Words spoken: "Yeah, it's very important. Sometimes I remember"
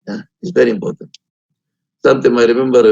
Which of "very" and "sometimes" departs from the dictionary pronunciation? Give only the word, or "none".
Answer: sometimes